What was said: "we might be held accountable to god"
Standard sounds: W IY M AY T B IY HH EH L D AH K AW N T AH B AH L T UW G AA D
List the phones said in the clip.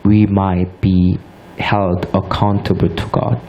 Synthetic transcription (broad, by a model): W IY M AY T B IY HH EH L D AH K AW N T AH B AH T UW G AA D